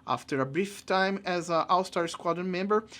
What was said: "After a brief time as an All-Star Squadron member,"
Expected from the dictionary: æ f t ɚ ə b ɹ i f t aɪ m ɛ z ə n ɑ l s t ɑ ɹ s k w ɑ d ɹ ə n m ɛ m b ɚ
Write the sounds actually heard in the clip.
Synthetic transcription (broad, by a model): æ f t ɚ ə b ɹ i f t aɪ m ɛ z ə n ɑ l s t ɑ ɹ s k w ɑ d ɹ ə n m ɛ m b ɚ